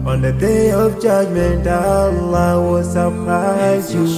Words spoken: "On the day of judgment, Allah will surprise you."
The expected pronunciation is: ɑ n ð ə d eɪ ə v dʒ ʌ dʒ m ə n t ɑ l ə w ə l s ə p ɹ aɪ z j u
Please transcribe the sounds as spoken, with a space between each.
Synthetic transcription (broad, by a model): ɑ n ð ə d eɪ ə v dʒ ʌ dʒ m ə n t ɑ l ə w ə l s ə p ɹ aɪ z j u